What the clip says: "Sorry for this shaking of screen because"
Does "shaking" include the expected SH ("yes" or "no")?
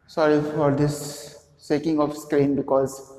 no